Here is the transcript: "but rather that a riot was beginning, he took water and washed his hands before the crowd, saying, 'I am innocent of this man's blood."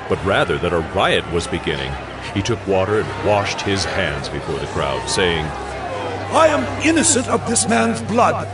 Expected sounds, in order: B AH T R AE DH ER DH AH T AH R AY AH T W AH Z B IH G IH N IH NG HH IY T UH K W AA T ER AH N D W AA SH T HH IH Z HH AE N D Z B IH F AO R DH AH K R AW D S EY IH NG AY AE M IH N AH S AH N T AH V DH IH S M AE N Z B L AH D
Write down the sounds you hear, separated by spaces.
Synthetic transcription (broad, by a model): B AH T R AE DH ER DH AH T AH R AY AH T W AH Z B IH G IH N IH NG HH IY T UH K W AA T ER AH N W AA SH T HH IH Z HH AE N D Z B IH F AO R DH AH K R AW D S EY IH NG AY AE M IH N AH S AH N T AH V DH IH S M AE N Z B L AH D